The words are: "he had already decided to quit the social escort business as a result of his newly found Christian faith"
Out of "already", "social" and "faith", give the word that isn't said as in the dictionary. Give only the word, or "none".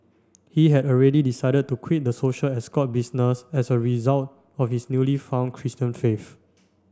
faith